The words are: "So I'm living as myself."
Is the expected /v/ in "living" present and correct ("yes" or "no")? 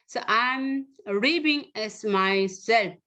no